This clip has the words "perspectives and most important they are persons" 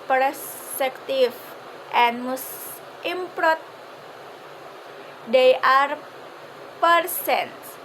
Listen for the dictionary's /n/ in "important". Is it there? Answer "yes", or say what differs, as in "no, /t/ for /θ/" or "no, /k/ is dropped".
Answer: no, /n/ is dropped